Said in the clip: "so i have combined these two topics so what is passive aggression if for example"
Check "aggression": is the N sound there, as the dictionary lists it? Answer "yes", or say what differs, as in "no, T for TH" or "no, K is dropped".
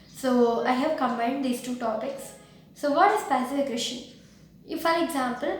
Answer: no, N is dropped